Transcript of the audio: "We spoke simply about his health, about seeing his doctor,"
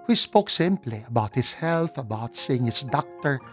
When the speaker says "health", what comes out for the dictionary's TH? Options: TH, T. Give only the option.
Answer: TH